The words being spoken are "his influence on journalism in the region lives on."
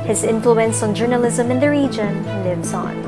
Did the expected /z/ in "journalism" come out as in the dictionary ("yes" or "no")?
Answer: yes